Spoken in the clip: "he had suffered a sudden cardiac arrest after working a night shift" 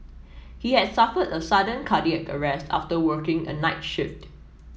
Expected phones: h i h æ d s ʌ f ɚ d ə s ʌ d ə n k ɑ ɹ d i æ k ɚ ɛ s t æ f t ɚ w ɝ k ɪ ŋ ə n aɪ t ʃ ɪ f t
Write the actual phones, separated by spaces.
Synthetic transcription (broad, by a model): h i h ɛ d s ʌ f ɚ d ə s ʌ d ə n k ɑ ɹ d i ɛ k ɚ ɛ s t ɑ f t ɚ w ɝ k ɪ ŋ ə n aɪ t ʃ ɪ f t